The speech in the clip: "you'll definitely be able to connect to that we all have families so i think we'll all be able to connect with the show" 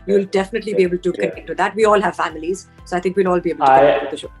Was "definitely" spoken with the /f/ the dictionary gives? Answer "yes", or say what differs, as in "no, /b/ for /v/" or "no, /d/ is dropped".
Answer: yes